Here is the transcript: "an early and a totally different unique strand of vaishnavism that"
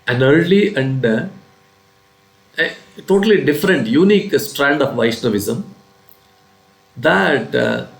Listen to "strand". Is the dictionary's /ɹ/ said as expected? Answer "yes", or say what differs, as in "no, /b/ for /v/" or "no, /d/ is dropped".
yes